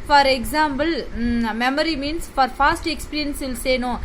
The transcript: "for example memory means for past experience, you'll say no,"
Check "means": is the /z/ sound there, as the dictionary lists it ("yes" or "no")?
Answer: no